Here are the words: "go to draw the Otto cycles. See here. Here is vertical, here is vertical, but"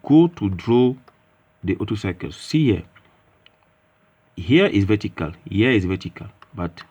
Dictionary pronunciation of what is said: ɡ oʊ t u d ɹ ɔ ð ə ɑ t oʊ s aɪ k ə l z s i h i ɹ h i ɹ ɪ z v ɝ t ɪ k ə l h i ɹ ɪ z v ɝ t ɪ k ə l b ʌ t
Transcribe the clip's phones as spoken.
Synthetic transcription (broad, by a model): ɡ oʊ t u d ɹ ɔ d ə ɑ t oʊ s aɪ k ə l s s i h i h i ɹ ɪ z v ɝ t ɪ k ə l h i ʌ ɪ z v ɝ t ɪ k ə l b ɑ t